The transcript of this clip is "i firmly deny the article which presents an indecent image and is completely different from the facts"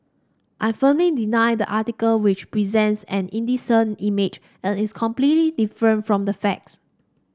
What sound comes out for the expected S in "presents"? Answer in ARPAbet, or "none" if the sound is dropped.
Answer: S